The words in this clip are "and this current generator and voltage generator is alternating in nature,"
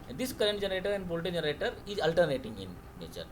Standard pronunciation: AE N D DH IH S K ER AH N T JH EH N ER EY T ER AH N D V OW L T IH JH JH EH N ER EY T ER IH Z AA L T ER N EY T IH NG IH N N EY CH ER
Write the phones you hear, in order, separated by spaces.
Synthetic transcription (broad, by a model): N D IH S K ER AH N T JH EH N ER EY T ER AH N D B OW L T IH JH JH EH N ER EY T ER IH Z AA L T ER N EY T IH NG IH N N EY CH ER